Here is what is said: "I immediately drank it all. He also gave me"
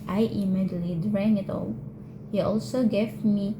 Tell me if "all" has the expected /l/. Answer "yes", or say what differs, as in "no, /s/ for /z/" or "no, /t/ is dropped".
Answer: yes